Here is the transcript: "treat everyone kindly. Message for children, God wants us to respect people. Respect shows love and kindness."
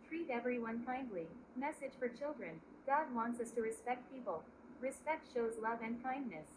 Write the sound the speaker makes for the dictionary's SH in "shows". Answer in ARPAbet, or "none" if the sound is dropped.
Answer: SH